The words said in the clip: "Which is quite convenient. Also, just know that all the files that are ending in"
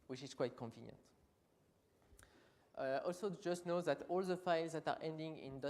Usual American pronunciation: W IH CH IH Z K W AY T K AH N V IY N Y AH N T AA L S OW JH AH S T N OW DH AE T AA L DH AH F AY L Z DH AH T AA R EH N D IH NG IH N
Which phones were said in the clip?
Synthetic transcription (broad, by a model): W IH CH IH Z K W AY T K AH N V IY N Y AH N T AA L S OW JH AH S T N OW DH AE T AA L DH AH F AY L Z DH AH T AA R EH N D IH NG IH N